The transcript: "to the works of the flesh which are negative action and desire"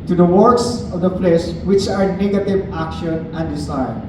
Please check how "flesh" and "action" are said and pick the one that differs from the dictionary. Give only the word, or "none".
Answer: flesh